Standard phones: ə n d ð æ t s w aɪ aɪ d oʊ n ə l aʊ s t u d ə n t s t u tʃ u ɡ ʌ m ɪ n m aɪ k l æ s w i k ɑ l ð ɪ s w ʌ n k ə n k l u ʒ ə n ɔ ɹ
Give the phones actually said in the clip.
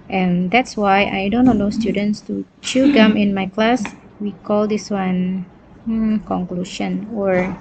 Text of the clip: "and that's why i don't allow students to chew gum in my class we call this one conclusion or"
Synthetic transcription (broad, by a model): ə n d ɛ t s w aɪ aɪ d oʊ n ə n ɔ s t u d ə n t s t u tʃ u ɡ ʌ m ɪ n m aɪ k l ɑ s w i k ɑ l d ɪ s w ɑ n k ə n k l u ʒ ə n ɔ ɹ